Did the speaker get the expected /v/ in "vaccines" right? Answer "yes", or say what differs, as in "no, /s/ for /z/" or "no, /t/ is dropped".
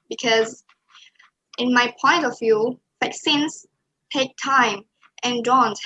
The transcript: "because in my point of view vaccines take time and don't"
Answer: no, /f/ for /v/